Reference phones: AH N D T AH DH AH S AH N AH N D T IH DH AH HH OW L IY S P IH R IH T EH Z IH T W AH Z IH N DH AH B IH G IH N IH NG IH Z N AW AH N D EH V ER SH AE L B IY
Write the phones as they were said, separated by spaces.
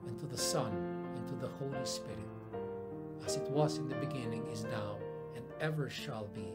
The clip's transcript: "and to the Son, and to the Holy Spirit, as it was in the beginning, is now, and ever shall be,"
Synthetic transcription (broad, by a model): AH N T AH DH AH S AH N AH N T IH DH AH HH OW L IY S P IH R IH T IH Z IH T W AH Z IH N DH AH B IH G IH N IH NG IH Z N AW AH N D EH V ER SH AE L B IY